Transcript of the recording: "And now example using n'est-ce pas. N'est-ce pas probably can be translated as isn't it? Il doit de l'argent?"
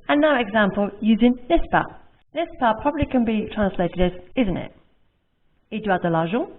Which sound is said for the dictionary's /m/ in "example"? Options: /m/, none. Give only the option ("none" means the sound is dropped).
/m/